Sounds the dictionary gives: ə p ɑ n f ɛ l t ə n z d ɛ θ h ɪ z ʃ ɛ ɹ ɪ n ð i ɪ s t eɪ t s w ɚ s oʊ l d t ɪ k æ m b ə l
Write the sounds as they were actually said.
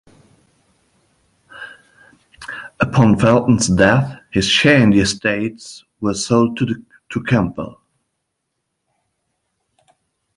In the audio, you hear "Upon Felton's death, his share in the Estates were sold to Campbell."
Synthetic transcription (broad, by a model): ə p ɑ n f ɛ l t n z d ɛ θ h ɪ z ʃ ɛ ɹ ɪ n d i ɪ s t eɪ t s w ɚ s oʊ l d t ɪ k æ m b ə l